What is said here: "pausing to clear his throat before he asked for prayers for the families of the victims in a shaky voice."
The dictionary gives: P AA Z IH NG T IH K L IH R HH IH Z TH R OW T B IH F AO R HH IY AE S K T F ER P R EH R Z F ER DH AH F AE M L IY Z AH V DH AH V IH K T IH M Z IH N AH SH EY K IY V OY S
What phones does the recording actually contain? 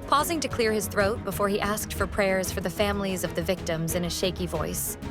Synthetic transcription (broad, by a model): P AA Z IH NG T IH K L IH R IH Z TH R OW T B IH F AO R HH IY AE S K T F ER P R EH R Z F ER DH AH F AE M L IY Z AH V DH AH V IH K T IH M Z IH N AH SH EY K IY V OY S